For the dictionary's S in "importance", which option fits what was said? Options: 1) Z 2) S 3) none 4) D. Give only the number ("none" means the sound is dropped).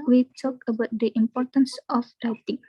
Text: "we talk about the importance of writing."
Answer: 2